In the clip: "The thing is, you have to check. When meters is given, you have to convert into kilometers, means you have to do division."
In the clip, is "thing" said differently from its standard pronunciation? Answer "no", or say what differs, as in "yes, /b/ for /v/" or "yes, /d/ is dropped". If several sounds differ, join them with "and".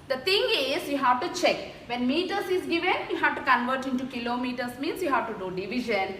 yes, /t/ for /θ/